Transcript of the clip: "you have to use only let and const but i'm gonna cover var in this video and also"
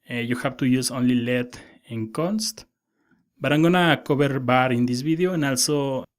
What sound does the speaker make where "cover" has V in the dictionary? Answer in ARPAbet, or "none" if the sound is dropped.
B